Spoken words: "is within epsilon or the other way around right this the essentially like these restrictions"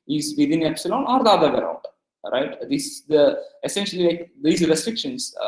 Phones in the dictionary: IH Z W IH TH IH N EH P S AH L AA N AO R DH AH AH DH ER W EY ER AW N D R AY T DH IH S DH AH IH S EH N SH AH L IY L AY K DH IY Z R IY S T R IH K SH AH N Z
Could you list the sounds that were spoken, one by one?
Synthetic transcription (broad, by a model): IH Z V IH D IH N EH P S AH L AA N AO R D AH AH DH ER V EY ER AW N D R AY T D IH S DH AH IH S EH N SH AH L IY L AY K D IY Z R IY S T R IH K SH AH N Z